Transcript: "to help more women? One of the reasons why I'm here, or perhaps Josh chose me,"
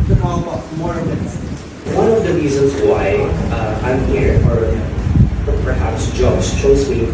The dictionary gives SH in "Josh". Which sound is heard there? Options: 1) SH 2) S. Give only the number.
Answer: 2